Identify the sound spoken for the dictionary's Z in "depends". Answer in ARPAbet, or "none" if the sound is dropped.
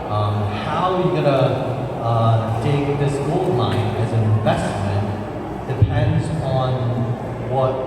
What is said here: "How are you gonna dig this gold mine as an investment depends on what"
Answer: Z